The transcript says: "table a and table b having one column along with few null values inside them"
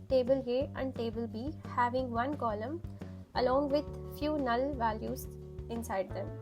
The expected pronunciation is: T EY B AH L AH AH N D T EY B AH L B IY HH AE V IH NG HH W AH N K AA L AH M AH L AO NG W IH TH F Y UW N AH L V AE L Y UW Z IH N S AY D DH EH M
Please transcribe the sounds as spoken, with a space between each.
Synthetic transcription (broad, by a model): T EY B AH L AH AH N D T EY B AH L B IY HH AE V IH NG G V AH N K AA L AH M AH L AO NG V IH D F Y UW N AH L V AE L Y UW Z IH N S AY D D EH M